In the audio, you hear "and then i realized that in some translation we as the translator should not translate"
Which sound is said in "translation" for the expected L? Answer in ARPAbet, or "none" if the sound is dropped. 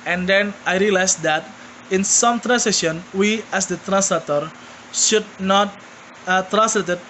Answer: none